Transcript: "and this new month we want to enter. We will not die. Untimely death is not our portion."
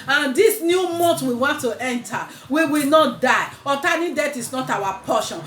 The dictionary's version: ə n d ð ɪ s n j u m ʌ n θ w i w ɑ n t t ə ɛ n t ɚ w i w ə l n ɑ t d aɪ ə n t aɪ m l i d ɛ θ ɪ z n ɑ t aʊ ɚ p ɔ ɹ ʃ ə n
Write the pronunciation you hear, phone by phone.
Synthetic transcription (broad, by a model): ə n d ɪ s n j u m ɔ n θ w i w ɑ n t t ɛ n t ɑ w i w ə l n ɑ t d aɪ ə t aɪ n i d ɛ t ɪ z n ɑ t aʊ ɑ p ɔ ʃ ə n